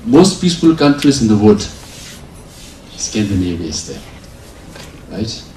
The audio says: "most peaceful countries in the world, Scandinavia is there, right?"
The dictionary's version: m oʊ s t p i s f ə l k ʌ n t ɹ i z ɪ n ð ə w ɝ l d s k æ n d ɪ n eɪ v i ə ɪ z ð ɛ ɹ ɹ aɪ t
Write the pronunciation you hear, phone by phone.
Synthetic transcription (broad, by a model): m oʊ s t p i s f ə l k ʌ n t ɹ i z ɪ n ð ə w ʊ d s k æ n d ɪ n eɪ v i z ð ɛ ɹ ɹ aɪ t